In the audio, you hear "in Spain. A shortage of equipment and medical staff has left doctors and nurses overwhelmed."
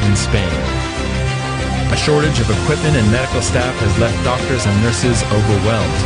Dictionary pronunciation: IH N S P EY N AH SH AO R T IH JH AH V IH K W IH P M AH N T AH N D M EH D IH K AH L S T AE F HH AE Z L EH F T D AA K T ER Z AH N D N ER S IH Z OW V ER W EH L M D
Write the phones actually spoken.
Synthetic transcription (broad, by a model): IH N S P EY N AH SH AO R T IH JH AH V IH K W IH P M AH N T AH N M EH D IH K L S T AE F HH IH Z L EH F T D AA K T ER Z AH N N ER S IH Z OW V ER W EH L M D